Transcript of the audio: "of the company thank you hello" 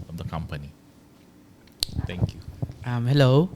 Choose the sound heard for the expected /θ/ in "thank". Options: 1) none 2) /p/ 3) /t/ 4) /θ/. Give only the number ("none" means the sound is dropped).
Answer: 3